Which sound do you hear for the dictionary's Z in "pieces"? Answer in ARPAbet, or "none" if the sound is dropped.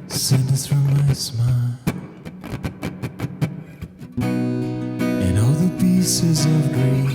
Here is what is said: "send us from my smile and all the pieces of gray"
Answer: Z